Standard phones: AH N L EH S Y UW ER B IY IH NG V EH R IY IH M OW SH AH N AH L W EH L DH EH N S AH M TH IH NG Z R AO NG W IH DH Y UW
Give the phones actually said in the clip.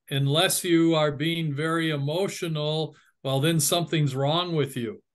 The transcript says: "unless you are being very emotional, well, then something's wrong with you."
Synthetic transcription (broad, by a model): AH N L EH S Y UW ER B IY IH NG V EH R IY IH M OW SH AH N L W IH L DH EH N S AH M TH IH NG Z R AO NG W IH DH Y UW